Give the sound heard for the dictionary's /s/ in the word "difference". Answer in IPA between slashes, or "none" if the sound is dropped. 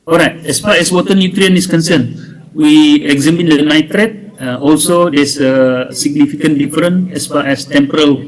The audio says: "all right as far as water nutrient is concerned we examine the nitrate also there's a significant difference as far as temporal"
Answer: none